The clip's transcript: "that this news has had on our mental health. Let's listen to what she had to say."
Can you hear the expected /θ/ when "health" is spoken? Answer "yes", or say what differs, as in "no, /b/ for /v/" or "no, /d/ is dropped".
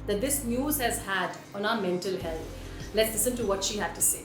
no, /t/ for /θ/